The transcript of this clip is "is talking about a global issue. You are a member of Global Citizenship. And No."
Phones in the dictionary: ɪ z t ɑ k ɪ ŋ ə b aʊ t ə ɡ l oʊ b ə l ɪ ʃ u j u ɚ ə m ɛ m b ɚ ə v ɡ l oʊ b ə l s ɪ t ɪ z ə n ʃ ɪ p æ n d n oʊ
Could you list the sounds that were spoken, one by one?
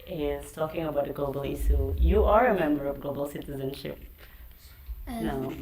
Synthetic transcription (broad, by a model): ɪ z t ɑ k ɪ ŋ ə b aʊ t ə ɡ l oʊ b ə l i s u j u ɚ ə m ɛ m b ɚ ə v ɡ l oʊ b ə l s ɪ t ɪ z ə n ʃ ɪ p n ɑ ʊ